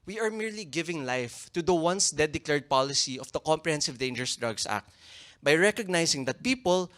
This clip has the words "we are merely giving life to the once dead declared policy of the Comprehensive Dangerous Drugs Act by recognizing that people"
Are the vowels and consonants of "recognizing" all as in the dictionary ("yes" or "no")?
no